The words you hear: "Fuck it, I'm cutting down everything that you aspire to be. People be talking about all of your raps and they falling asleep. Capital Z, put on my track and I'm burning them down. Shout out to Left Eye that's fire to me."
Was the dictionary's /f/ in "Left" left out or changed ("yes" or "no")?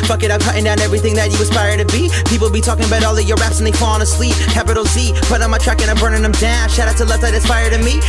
yes